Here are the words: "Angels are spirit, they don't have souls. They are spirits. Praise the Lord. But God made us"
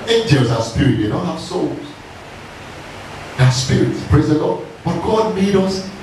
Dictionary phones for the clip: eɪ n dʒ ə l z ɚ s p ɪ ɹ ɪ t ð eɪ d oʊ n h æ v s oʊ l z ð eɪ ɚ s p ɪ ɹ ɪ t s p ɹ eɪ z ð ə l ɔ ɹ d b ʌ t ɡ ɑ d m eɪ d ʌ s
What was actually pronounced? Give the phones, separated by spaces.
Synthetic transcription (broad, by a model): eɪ n dʒ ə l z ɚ s p ɪ ɹ ɪ t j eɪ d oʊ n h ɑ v s oʊ l z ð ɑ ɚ s p ɪ ɹ ɪ t s p ɹ eɪ z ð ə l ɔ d b ʌ t ɡ ɑ d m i d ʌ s